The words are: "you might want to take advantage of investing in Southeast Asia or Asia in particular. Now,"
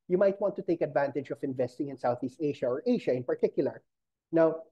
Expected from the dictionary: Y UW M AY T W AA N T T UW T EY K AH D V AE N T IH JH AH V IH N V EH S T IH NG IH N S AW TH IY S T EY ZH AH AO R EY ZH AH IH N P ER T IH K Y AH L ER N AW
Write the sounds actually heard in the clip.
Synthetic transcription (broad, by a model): Y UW M AY T W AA N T T UW T EY K AH D V AE N T IH JH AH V IH N V EH S T IH NG IH N S AW TH IY S T EY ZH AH AO R EY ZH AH IH N P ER T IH K Y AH L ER N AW